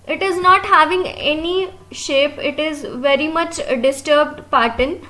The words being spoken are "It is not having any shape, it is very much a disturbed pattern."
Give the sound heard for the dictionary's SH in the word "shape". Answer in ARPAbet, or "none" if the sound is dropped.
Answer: SH